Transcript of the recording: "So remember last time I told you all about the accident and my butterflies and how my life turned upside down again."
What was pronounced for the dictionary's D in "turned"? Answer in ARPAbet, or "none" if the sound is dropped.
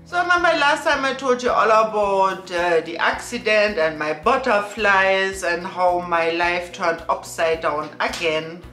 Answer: none